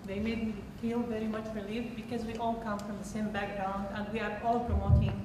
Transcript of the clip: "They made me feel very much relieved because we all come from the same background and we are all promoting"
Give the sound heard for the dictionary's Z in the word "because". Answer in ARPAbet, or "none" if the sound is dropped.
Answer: Z